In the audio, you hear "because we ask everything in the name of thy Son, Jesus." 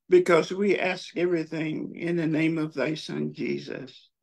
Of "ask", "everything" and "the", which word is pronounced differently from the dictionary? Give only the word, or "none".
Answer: none